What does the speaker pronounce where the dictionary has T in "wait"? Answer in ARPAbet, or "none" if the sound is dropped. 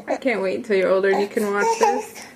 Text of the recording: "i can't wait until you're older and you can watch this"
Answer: none